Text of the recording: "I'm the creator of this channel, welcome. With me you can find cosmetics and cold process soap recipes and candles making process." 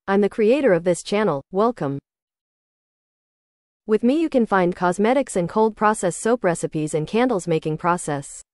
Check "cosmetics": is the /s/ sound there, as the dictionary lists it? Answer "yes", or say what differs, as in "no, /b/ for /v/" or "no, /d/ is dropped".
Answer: yes